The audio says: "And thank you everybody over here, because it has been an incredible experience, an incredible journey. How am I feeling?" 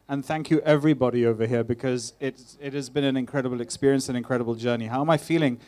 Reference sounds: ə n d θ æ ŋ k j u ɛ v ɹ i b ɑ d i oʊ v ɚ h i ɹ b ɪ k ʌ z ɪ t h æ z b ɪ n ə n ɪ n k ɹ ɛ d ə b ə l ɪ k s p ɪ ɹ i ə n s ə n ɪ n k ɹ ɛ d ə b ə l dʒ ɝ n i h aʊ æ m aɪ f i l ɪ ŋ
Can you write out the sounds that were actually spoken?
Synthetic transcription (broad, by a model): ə n θ æ ŋ k j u ɛ v ɹ i b ɑ d i oʊ v ɚ h i ɹ b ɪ k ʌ z ɪ t h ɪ z b ɪ n ə n ɪ n k ɹ ɛ d ə b ə l ɪ k s p ɪ ɹ i ə n s ə n ɪ n k ɹ ɛ d ə b ə l dʒ ɝ n i h aʊ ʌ m aɪ f i l ɪ ŋ